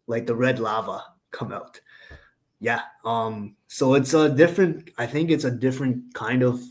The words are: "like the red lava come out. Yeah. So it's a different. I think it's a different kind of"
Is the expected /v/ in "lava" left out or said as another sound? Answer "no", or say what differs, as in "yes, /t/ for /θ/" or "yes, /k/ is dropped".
no